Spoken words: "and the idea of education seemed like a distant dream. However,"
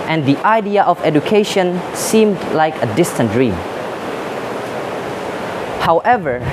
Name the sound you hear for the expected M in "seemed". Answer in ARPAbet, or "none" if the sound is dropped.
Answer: M